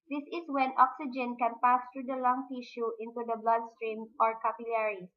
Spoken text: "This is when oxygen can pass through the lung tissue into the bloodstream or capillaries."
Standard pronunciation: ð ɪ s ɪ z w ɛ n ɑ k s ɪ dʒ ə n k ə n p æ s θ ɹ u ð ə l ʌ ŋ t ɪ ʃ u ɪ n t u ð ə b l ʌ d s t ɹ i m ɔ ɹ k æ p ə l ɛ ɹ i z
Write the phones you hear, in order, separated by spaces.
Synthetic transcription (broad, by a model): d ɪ s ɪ s w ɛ n ɑ k s ɪ dʒ ə n k ə n p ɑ s t ɹ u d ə l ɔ ŋ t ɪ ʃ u ɪ n t u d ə b l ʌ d s t ɹ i m ɔ ɹ k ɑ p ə l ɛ ɹ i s